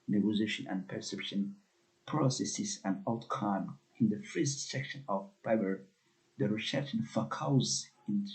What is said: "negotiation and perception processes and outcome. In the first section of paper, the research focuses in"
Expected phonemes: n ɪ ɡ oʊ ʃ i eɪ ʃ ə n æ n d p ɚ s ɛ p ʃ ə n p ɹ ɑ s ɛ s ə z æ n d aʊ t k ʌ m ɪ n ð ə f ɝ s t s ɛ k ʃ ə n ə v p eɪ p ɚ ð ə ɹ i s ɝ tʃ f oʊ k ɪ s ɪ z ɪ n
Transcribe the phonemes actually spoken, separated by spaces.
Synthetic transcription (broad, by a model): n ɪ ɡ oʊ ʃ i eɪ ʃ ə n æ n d p ɚ s ɛ p ʃ ə n p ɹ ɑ s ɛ s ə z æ n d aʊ t k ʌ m ɪ n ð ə f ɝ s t s ɛ k ʃ ə n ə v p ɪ b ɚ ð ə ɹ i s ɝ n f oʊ k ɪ ɪ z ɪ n